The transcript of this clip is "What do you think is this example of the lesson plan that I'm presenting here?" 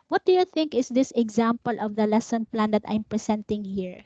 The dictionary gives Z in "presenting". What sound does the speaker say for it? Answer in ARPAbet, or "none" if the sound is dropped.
S